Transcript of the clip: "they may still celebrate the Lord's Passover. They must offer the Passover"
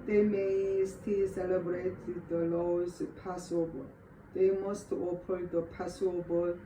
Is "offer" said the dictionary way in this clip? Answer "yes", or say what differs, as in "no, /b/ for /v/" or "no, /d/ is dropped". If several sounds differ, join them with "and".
no, /p/ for /f/